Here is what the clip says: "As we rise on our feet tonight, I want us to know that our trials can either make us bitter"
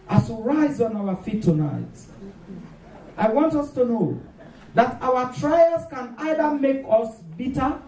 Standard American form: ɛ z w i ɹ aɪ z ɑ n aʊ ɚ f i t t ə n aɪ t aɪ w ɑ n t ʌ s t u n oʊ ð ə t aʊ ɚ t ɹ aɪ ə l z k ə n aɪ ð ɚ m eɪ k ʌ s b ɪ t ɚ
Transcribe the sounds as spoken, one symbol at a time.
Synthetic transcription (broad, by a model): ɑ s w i ɹ aɪ z ɑ n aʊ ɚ f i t t ə n aɪ t aɪ w ɑ n t ʌ s t u n oʊ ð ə t aʊ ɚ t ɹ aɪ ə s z k ə n aɪ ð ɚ m eɪ k ʌ s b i t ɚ